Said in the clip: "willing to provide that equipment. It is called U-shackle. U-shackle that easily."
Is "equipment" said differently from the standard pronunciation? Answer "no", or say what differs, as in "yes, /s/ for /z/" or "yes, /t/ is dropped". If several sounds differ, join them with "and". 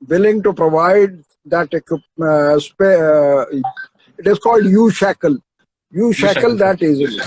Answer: yes, /m/ is dropped